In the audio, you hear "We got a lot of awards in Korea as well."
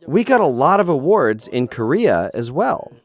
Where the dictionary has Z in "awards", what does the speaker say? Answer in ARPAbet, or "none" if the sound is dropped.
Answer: Z